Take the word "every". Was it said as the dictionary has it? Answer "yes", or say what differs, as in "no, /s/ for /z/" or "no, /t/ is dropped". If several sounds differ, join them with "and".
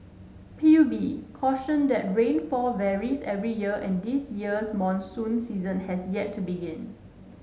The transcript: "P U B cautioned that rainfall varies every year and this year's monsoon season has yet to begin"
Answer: yes